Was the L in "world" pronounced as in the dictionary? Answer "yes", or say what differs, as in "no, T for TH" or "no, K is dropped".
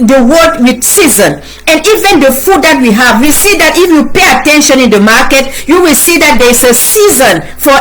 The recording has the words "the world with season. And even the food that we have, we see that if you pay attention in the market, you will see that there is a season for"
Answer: no, L is dropped